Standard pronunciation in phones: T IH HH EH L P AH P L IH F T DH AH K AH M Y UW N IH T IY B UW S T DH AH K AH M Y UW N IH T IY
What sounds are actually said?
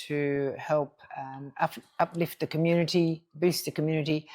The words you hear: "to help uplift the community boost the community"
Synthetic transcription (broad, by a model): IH HH EH L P AH P L IH F T DH AH K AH M Y UW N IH T IY B UW S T DH AH K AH M Y UW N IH T IY